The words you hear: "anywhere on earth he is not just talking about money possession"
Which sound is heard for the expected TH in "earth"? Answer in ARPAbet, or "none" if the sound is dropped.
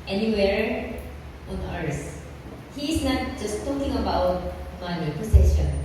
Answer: S